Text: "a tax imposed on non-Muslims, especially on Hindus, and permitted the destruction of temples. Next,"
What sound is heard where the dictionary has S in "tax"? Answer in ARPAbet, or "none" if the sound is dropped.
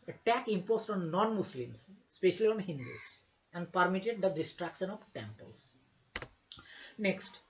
none